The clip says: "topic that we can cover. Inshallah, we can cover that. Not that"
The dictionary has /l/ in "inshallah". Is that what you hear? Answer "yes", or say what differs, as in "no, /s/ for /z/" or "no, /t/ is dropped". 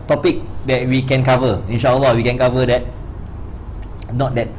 no, /w/ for /l/